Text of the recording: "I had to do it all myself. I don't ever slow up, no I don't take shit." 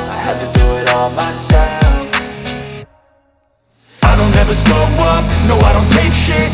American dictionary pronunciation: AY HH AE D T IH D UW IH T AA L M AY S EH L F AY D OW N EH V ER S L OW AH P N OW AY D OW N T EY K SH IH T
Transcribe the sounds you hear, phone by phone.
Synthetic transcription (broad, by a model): AY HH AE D T IH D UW IH T AA L M AY S EH L F AY D OW N EH V ER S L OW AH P N OW AY D OW N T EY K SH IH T